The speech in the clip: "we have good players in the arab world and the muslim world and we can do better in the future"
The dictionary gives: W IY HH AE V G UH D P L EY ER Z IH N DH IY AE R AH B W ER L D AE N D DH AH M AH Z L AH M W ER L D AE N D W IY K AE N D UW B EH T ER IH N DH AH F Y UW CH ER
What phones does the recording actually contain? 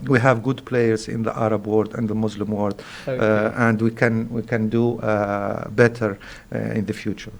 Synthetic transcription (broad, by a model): W IY HH AE V G UH D P L EY ER Z IH N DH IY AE R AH B W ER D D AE N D DH AH M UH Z L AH M W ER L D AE N D W IY K AE N D UW B EH T ER IH N DH AH F Y UW CH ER